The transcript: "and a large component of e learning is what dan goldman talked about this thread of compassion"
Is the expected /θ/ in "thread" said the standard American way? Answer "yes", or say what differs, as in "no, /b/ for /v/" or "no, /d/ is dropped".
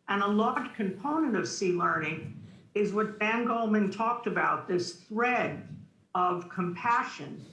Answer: yes